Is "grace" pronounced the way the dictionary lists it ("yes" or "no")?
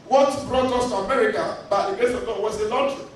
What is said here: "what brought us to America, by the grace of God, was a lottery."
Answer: no